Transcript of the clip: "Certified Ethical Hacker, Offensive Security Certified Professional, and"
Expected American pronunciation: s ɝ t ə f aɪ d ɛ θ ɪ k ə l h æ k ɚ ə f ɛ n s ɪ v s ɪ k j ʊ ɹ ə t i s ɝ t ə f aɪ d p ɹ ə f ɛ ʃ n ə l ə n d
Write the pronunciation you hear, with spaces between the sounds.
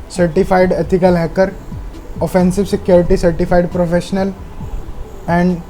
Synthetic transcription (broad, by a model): s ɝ t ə f aɪ d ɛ t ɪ k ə l h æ k ɚ ə f ɛ n s ɪ v s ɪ k j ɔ ɹ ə t i s ɝ t ə f aɪ d p ɹ ə f ɛ ʃ n ə l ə n d